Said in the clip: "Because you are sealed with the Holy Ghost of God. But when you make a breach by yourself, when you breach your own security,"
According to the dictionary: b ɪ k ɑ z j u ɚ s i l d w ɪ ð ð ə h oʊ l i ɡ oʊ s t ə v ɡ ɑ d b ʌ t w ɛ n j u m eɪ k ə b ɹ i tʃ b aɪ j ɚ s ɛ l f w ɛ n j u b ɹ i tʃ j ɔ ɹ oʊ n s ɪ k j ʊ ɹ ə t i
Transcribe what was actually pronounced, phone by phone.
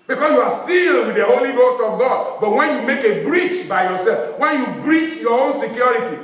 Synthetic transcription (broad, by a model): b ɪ k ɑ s j u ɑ s i l d w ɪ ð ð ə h oʊ l i ɡ oʊ s t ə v ɡ ɑ d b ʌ t w ɛ n j u m eɪ k ə b ɹ i tʃ b aɪ j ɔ s ɛ l f w ɛ n j u b ɹ i tʃ j ɔ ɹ oʊ n s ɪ k j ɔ ɹ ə t i